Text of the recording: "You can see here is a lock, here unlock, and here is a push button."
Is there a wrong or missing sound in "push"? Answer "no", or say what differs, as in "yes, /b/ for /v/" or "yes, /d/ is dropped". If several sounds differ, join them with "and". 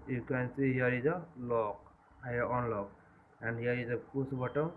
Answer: yes, /s/ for /ʃ/